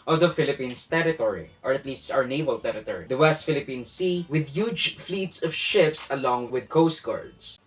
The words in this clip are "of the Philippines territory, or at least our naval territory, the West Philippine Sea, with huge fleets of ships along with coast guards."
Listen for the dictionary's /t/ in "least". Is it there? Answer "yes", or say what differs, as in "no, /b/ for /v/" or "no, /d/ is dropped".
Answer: yes